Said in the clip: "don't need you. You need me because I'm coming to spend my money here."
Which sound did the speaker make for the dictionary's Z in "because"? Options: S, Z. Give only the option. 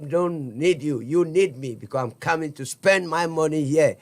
S